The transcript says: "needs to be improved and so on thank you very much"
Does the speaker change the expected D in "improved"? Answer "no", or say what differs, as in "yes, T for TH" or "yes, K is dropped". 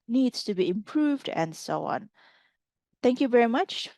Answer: no